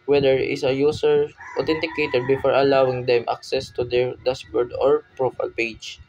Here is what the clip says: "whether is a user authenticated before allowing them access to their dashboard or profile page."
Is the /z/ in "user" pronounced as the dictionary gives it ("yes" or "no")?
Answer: no